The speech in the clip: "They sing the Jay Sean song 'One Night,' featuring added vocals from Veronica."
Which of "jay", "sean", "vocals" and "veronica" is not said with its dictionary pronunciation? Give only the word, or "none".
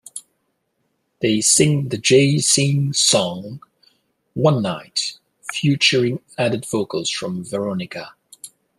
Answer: sean